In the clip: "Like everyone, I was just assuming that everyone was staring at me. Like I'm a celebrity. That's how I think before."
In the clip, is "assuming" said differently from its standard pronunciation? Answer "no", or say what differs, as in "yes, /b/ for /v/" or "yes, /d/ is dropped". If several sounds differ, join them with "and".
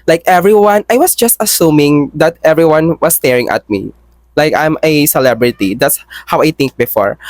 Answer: no